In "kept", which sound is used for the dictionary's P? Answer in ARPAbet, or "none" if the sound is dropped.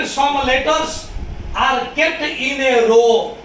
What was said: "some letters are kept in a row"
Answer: none